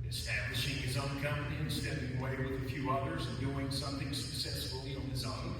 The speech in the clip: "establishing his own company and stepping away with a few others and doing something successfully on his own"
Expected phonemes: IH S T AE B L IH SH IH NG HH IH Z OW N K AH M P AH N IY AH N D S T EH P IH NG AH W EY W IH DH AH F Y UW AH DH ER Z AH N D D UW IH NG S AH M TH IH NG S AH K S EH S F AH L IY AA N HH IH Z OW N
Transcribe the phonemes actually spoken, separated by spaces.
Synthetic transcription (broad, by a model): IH S T AE B L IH SH IH NG IH Z OW N K AH M P AH N IY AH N S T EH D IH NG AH W EY W IH DH AH F Y UW AH DH ER Z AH N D D UW IH NG S AH M TH IH NG S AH K S EH S F L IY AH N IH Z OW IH